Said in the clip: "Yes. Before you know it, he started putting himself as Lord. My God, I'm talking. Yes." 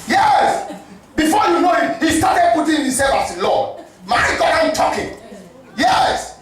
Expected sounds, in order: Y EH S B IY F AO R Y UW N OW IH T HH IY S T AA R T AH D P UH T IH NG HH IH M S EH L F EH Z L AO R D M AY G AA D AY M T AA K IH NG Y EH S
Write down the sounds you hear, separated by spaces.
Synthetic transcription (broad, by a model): Y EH S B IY F AO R Y UW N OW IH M HH IY S T AA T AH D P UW T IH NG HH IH S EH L AA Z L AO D M AY G AA D AY M T AA K IH NG Y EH S